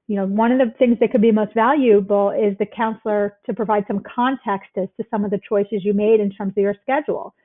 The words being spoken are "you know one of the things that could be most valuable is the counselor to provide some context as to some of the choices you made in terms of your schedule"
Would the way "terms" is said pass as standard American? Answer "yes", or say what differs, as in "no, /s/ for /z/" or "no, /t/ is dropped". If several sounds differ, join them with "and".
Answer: yes